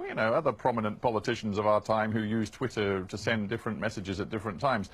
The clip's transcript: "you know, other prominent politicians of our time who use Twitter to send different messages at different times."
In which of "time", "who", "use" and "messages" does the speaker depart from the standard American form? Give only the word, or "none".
none